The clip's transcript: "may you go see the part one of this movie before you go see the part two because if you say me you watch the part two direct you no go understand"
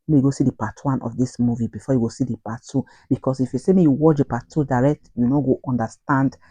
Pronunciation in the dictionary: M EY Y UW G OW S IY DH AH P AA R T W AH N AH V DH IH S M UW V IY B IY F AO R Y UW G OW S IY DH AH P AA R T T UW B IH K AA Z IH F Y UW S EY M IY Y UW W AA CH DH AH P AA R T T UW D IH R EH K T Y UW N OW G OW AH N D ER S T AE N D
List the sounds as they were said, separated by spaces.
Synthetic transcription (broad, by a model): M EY Y UW G OW S IY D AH P AA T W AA N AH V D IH S M UW V IY B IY F AO Y UW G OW S IY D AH P AA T T UW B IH K AA S IH F Y UW S EY M IY Y UW W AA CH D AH P AA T T UW D IH R EH K T Y UW N OW G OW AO N D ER S T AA N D